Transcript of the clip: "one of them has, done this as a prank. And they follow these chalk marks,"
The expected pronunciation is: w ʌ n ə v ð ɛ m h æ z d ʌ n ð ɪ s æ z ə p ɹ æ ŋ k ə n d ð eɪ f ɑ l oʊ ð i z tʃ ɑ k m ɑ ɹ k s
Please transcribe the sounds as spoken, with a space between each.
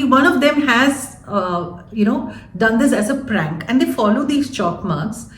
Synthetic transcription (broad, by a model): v ʌ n ə v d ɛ m h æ z d ʌ n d ɪ s æ z ə p ɹ æ ŋ k ə n d eɪ f ɑ l oʊ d i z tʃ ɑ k m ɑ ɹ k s